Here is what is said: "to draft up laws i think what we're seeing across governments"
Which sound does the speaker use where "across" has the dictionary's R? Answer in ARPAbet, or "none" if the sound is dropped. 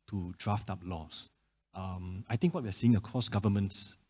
none